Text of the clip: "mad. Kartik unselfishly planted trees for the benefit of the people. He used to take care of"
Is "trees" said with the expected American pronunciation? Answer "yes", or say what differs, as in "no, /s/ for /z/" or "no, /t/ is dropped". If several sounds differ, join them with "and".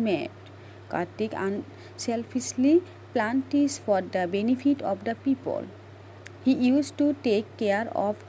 no, /ɹ/ is dropped